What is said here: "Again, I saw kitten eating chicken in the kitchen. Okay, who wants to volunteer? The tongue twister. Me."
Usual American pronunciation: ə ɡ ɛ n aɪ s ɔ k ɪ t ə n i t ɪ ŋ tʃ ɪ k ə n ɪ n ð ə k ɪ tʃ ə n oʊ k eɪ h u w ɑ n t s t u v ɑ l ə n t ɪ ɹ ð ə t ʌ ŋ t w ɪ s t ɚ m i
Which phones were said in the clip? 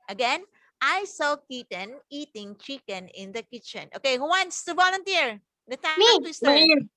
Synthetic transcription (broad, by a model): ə ɡ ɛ n aɪ s ɔ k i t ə n i t ɪ ŋ tʃ ɪ k ə n ɪ n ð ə k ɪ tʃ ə n oʊ k eɪ h u w ɑ n t s t u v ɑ l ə n t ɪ ɹ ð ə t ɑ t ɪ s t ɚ